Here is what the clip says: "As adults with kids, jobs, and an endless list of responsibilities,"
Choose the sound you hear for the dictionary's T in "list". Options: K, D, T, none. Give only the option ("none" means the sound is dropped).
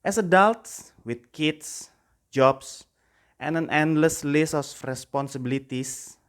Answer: none